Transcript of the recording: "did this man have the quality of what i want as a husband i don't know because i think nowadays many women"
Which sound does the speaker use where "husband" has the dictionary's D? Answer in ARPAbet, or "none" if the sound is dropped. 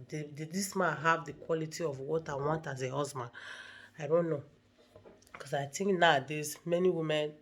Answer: none